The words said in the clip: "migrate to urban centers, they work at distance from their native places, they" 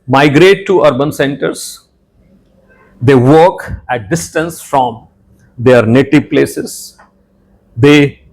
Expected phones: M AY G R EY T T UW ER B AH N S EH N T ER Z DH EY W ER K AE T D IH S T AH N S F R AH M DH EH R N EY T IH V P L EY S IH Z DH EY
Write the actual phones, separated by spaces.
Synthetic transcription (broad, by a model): M AY G R EY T T UW ER B AH N S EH N T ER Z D EY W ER K AE T D IH S T AH N S F R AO M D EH R N EY T IH V P L EY S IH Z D EY